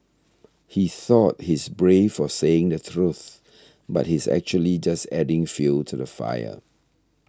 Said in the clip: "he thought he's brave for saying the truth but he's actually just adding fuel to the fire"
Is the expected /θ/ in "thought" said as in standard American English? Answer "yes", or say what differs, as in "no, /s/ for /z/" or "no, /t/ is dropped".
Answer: yes